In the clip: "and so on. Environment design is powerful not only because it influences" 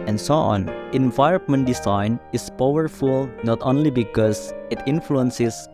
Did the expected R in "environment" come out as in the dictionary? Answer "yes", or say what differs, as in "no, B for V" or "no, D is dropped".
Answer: no, R is dropped